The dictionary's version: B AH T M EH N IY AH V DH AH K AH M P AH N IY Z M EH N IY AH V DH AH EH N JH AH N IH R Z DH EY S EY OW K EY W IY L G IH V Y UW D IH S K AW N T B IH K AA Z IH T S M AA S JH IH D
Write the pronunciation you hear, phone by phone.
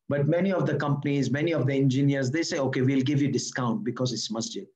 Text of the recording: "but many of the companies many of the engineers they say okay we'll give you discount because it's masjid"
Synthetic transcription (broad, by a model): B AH T M EH N IY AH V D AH K AH M P AH N IY Z M EH N IY AH V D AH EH N JH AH N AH R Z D EY S EY OW K EY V IY L G IH V Y UW D IH S K AW N T B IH K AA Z IH T S M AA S JH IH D